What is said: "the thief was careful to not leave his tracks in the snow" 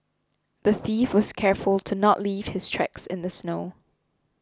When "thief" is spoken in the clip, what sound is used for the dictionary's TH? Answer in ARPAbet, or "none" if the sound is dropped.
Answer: TH